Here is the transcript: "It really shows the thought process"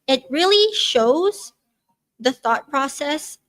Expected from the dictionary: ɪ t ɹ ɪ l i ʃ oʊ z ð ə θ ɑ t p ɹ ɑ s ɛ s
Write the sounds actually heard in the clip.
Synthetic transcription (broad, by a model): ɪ t ɹ ɪ l i ʃ oʊ z ð ə θ ɑ t p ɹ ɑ s ɛ s